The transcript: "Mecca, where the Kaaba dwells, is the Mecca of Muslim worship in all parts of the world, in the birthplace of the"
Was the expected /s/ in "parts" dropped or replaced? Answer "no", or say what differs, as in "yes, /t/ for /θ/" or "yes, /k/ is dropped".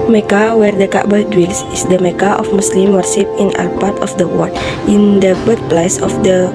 yes, /s/ is dropped